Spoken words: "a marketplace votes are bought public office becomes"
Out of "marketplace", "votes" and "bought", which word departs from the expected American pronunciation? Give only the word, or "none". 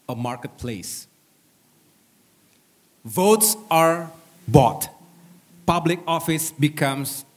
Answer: none